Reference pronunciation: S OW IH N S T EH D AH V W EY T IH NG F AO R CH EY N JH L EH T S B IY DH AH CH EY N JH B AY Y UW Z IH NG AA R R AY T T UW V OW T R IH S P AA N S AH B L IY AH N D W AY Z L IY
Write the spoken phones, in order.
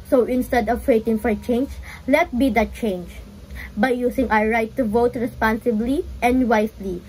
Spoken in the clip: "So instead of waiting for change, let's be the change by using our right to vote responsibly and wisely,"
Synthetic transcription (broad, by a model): S OW IH N S T EH D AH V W EY T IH NG F AO R CH EY N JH L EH T B IY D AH CH EY N JH B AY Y UW S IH NG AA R R AY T T UW V OW T R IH S P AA N S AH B L IY AH N D W AY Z L IY